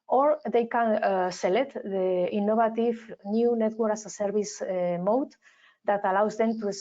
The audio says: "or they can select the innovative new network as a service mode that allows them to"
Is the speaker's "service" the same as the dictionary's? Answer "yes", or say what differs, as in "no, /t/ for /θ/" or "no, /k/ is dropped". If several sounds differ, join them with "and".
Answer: no, /b/ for /v/